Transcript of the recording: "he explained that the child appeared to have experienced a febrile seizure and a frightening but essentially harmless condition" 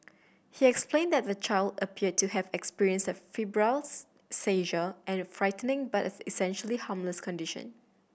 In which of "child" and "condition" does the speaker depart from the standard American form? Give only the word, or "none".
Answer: none